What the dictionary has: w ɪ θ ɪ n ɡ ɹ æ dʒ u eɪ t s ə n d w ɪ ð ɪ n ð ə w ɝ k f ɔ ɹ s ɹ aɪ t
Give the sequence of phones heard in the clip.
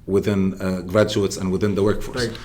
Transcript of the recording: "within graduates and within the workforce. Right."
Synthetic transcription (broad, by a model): w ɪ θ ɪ n ɡ ɹ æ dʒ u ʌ t s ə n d w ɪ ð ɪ n ð ə w ɝ k f ɔ ɹ s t